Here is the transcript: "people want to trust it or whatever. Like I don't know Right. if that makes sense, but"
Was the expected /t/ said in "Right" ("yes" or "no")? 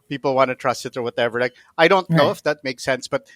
no